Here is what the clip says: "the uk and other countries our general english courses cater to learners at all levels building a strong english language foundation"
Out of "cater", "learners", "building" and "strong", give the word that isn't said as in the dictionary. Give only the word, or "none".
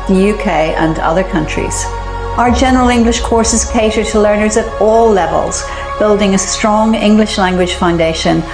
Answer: none